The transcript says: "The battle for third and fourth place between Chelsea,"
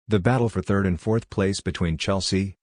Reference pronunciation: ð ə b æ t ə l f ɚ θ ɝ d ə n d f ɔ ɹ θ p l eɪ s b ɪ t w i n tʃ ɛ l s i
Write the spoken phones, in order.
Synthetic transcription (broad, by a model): ð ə b æ t l f ɚ θ ɝ d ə n f ɔ ɹ θ p l eɪ s b ɪ t w i n tʃ ɛ l s i